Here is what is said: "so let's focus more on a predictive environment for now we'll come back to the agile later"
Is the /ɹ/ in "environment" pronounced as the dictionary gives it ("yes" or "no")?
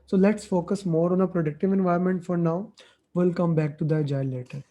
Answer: no